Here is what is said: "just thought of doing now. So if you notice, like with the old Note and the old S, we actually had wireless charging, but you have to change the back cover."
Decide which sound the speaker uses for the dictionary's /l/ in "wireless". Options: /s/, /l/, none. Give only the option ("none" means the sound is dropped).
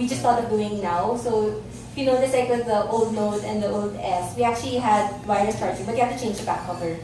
none